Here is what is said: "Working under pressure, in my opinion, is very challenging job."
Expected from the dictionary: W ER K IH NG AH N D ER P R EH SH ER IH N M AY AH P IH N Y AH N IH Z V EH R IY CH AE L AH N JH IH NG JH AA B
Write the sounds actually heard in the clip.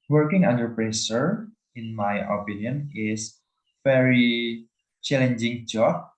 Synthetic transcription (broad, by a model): W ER K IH NG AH N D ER P R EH S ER IH N M AY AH P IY N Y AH N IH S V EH R IY CH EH L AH N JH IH NG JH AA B